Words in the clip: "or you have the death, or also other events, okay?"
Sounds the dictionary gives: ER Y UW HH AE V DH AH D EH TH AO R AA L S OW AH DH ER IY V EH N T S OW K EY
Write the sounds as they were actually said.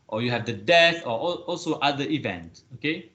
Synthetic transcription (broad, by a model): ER Y UW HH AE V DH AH D EH TH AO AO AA L S OW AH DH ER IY V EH N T OW K EY